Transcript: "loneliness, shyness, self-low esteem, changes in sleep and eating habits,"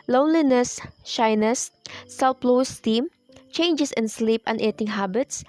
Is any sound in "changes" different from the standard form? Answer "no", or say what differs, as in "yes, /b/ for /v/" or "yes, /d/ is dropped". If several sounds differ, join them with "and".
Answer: yes, /s/ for /z/